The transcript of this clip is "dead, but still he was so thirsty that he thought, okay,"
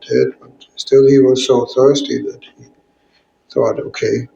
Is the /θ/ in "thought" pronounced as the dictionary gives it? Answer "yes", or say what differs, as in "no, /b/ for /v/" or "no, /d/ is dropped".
yes